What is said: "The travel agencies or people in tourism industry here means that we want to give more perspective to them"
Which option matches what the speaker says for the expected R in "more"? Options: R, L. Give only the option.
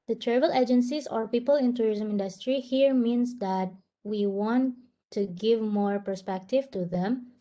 R